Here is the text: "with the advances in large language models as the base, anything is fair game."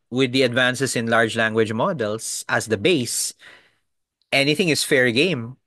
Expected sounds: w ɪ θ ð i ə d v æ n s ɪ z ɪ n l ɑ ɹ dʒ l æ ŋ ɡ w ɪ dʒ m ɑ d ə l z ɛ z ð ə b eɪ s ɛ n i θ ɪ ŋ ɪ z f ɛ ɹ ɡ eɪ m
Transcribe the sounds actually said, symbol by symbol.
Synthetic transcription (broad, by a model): w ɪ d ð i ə d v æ n s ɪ s ɪ n l ɑ ɹ dʒ l æ ŋ ɡ w ɪ dʒ m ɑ d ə l s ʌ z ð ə b eɪ s ɛ n i θ ɪ ŋ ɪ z f ɛ ɹ ɡ eɪ m